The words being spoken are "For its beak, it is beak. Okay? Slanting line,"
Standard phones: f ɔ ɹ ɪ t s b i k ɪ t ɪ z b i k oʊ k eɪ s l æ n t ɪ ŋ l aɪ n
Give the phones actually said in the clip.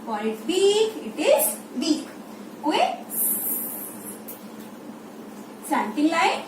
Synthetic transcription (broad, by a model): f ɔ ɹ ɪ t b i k ɪ t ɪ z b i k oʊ eɪ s ɑ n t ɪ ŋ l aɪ